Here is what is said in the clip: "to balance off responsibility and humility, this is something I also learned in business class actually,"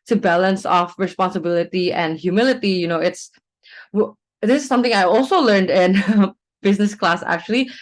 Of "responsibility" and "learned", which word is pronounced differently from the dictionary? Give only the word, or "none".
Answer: none